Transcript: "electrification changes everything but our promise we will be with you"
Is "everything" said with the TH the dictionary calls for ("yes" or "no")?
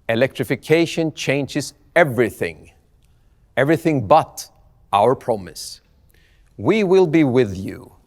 yes